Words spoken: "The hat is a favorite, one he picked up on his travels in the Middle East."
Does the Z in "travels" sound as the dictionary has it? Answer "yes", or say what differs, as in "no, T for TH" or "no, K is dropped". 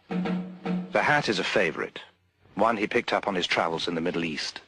yes